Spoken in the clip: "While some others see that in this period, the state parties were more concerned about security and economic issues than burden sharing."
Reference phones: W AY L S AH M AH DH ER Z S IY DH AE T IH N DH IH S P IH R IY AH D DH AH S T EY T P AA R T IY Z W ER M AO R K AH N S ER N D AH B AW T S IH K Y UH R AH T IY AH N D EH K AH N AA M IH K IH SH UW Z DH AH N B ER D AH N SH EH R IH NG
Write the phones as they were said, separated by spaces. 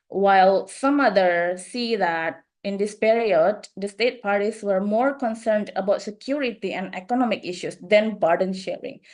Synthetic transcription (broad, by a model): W AY L S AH M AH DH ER S IY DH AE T IH N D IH S P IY R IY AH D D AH S T EY T P AA R T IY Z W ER M AO R K AH N S ER N D AH B AW T S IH K Y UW R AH T IY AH N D EH K AH N AA M IH K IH SH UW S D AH N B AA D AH N SH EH R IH NG